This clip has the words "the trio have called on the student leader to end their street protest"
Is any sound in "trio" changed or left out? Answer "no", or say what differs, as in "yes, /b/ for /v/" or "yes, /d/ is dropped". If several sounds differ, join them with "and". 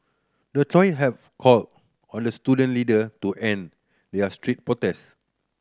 yes, /ɹ/ is dropped